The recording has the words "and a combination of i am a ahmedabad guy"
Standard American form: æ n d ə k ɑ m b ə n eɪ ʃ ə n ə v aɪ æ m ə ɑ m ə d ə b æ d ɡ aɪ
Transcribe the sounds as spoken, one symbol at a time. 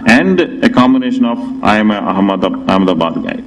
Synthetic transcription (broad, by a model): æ n d ə k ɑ m ə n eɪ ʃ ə n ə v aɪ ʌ m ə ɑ m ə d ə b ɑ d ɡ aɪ